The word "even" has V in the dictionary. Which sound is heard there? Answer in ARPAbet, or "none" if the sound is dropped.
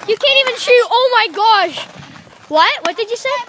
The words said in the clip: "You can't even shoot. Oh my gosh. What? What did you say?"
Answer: V